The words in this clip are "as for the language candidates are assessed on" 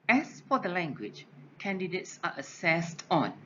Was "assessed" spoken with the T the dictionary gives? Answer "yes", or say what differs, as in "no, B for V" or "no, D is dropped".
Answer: yes